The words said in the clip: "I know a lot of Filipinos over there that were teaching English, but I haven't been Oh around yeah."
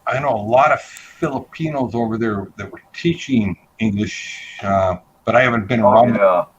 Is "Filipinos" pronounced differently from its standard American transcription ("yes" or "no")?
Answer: no